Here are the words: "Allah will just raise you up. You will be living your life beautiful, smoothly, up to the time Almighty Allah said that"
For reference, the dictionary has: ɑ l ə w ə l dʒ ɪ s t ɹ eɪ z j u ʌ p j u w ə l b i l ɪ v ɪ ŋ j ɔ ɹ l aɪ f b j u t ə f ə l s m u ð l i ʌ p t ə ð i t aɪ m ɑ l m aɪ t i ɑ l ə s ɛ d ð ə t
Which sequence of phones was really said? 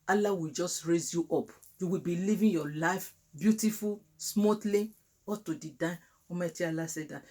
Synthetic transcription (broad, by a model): ɑ l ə w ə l dʒ ɪ s t ɹ eɪ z j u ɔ p j u w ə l b i l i v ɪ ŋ j ɔ l aɪ f b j u t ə f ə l s m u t l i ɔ t ə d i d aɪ ɑ m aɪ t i ɑ l ə s ɛ d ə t